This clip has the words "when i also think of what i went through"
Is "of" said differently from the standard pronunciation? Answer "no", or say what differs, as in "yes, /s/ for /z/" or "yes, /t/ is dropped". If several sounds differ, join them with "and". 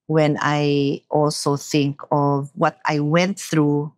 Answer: no